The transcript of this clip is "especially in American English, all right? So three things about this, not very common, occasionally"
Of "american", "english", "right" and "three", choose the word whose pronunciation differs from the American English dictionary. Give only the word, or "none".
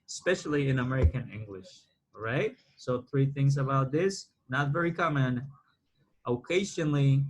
none